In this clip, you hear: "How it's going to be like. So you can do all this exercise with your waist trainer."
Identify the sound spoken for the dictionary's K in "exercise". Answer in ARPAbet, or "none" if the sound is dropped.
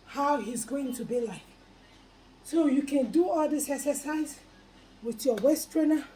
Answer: none